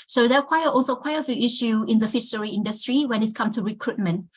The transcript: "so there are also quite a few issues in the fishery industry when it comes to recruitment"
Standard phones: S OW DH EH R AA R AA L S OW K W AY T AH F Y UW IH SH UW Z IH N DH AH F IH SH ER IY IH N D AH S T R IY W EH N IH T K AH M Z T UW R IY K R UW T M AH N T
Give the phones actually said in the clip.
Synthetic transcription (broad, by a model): S OW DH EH W AA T AA L S OW K W AY T AH F Y UW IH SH UW IH N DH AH F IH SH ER IY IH N D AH S T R IY W EH N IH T K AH M T UW R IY K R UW T M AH N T